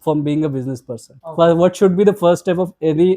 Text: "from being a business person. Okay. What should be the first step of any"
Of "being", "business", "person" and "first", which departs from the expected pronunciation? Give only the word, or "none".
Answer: first